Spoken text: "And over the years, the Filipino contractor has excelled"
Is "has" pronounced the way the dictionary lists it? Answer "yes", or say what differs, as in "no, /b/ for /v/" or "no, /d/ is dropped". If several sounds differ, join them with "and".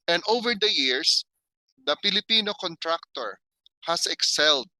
no, /s/ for /z/